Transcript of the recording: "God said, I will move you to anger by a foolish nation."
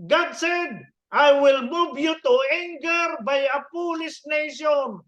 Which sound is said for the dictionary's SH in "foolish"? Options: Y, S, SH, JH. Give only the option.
S